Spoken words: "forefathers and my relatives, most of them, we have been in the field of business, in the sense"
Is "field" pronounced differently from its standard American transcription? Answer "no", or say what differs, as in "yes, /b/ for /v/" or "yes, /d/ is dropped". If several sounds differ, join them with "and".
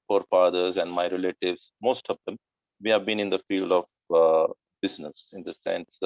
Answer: no